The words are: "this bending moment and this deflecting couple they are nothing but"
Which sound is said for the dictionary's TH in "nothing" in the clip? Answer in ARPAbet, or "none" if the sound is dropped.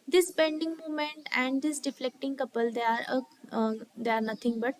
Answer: T